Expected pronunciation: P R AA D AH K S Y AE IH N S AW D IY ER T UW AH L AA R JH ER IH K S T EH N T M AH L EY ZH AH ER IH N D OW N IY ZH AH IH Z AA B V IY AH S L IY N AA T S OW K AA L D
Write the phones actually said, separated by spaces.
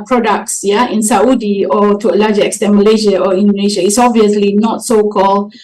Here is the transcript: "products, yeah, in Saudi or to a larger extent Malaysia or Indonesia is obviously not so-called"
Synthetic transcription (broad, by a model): P R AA D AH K S Y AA IH N S AW D IY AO T UW AH L AA JH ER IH K S T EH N M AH L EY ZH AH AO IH N D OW N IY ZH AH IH S AA B V IY AH S L IY N AA T S OW K AA L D